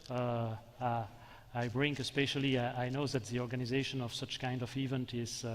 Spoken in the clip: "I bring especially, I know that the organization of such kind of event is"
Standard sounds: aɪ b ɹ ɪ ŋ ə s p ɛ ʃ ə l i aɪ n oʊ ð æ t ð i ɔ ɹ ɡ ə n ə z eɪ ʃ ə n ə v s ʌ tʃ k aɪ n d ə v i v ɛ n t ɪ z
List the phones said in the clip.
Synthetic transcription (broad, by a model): aɪ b ɹ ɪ ŋ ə s p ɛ ʃ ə l i aɪ n oʊ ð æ t ð i ɔ ɹ ɡ ə n ə z eɪ ʃ ə n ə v s ʌ tʃ k aɪ n d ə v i v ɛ n t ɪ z